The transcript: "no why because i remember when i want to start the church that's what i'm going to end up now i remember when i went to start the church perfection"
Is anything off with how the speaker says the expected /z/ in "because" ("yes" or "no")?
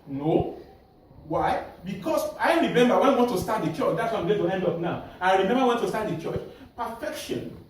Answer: yes